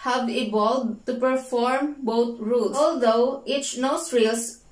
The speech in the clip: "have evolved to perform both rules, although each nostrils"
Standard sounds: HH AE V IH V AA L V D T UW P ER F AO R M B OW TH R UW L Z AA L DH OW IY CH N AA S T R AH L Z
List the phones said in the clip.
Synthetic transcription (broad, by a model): HH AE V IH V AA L D T UW P ER F AO R M B OW T R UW L S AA L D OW IY CH N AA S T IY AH L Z